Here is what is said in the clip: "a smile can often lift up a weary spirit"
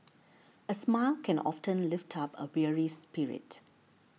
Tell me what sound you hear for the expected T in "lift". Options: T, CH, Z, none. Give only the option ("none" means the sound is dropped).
T